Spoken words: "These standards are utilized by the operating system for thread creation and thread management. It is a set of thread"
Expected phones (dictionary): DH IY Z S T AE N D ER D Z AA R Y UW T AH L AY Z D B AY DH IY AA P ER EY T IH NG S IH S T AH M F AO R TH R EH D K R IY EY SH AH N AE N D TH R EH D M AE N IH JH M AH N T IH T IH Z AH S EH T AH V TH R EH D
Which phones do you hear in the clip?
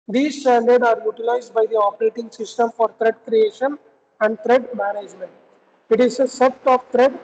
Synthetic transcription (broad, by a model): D IY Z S T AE N D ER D AA R Y UW T AH L AY Z D B AY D IY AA P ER EY T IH NG S IH S T AH M F AO R T R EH D K R IY EY SH AH N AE N D T R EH D M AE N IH JH M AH N T IH T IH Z AH S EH T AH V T R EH D